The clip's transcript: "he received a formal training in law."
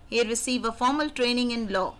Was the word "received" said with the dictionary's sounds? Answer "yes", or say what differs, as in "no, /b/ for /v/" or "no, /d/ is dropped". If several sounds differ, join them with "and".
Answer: no, /d/ is dropped